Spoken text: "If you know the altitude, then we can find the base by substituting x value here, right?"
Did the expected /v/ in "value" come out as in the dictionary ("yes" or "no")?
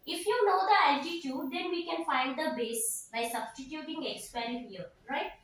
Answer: no